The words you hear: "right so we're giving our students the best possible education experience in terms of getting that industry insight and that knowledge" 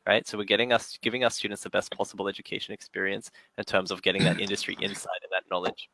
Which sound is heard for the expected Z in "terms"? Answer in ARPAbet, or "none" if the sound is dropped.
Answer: Z